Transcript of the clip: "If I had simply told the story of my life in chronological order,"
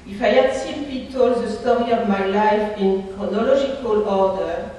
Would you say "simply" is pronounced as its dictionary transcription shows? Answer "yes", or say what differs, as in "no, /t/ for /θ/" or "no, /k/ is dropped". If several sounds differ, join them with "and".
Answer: no, /l/ is dropped